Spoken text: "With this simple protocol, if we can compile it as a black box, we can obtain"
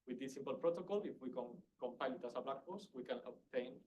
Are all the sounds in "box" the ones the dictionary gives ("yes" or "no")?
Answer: no